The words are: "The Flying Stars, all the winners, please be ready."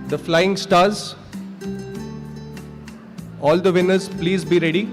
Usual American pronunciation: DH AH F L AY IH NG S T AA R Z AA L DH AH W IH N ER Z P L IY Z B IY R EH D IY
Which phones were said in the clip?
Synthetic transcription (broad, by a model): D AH F L AY IH NG S T AA R Z AA L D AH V IH N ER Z P L IY Z B IY R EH D IY